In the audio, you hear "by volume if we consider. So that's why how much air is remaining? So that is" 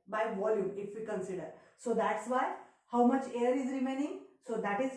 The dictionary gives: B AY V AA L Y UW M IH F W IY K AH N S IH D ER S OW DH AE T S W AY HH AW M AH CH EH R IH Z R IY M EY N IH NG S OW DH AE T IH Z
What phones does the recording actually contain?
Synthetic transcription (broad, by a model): B AY V AA L Y UW M IH F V IY K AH N S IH D ER S OW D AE T S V AY HH AW M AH CH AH R IH Z R IY M EY N IH NG S OW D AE T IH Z